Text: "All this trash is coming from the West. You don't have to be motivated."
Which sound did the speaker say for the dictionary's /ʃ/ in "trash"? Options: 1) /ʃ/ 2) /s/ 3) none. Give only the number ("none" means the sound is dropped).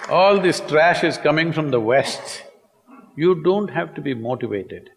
1